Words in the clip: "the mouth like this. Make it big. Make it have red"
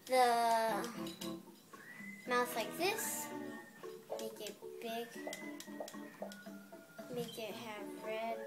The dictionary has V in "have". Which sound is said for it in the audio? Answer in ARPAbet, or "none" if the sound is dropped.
B